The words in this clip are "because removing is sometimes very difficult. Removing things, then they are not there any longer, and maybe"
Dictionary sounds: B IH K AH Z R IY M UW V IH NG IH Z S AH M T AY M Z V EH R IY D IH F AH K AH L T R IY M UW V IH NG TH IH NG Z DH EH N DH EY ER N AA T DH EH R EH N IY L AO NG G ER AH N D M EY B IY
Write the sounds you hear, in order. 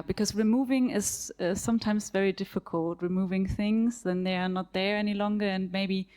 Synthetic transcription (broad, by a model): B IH K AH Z R IY M UW V IH NG IH Z S AH M T AY M Z V EH R IY D IH F AH K AH L T R IY M UW V IH NG TH IH NG Z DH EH N DH EY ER N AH T DH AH R EH N IY L AO NG G ER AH N M EY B IY